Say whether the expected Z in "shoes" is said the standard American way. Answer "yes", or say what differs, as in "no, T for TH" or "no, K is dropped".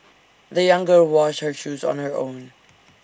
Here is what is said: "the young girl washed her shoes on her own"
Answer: yes